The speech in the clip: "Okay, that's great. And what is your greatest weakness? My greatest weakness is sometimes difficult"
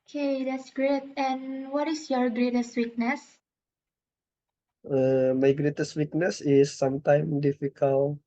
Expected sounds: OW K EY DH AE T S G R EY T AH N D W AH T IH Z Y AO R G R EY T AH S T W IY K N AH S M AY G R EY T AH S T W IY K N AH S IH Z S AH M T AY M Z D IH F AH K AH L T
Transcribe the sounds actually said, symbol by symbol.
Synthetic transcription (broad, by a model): K EY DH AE T S G R EY T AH N W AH T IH S Y AO R G R EY T AH S T W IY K N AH S M AY G R EY T AH S T W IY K N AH S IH S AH M T AY M D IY F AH K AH L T